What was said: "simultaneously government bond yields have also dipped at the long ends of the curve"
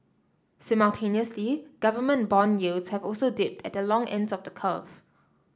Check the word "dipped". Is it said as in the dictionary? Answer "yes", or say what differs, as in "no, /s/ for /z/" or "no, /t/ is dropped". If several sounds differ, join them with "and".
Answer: yes